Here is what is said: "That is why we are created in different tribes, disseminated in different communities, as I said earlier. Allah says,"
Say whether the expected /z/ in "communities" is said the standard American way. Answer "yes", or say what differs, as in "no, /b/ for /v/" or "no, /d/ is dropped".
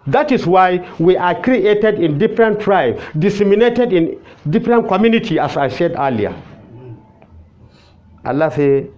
no, /z/ is dropped